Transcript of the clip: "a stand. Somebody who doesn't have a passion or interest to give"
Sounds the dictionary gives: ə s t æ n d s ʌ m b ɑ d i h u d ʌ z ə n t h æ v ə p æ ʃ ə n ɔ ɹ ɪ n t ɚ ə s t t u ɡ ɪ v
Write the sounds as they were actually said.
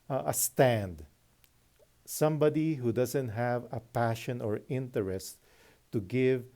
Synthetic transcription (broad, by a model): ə s t æ n d s ʌ m b ɑ d i h u d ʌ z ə n t h æ v ə p æ ʃ ə n ɔ ɹ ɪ n t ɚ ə s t t u ɡ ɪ v